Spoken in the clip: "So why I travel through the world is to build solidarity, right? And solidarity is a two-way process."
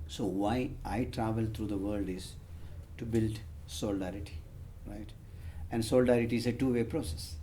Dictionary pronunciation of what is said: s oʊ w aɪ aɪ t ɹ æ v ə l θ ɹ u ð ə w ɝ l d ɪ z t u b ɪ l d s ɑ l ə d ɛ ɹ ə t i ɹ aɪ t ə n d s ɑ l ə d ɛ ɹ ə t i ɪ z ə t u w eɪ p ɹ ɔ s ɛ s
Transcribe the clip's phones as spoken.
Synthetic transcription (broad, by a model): s oʊ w aɪ aɪ t ɹ æ v ə l t ɹ u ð ə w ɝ l d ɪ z t u b ɪ l d s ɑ l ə d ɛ ɹ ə t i ɹ aɪ t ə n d s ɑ l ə d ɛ ɹ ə t i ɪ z ə t u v eɪ p ɹ ɔ s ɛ s